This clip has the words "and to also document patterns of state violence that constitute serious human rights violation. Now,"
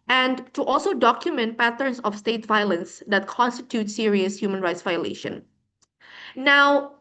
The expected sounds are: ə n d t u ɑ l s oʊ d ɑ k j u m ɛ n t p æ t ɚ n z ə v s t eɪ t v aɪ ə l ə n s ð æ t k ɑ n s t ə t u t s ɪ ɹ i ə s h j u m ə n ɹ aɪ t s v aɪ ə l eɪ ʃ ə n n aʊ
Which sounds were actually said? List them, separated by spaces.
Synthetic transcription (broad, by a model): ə n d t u ɑ l s oʊ d ɑ k j u m ɛ n t p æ t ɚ n s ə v s t eɪ t v aɪ ə l ə n s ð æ t k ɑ n s t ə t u t s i ɹ i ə s h j u m ə n ɹ aɪ t s v aɪ ə l eɪ ʃ ə n n aʊ